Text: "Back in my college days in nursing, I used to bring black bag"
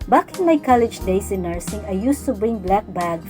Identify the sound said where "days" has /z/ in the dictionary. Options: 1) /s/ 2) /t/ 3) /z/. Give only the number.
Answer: 1